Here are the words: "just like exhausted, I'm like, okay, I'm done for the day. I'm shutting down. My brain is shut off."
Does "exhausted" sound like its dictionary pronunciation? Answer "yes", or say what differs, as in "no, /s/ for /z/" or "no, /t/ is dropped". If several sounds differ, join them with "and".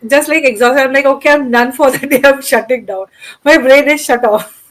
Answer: no, /d/ is dropped